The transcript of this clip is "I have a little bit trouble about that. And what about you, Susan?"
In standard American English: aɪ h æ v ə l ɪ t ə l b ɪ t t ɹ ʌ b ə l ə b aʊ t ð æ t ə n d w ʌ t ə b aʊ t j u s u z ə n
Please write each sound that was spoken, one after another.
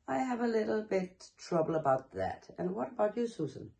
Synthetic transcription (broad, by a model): aɪ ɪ v ə l ɪ t l b ɪ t t ɹ ʌ b ə l ə b aʊ t ð æ t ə n w ʌ t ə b aʊ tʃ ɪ s u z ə n